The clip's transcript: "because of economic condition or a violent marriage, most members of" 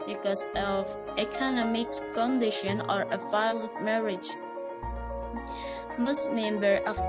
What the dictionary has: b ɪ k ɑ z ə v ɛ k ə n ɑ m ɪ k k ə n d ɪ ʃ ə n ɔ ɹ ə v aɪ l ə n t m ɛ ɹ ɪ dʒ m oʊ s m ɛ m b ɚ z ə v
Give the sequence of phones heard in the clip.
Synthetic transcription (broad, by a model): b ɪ k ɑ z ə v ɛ k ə n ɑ m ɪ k k ə n d ɪ ʃ ə n ɔ ɹ ə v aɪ l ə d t m ɛ ɹ ɪ dʒ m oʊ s m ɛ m b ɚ ə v